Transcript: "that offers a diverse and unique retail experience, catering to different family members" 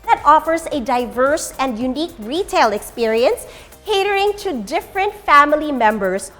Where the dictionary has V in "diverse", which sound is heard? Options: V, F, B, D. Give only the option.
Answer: V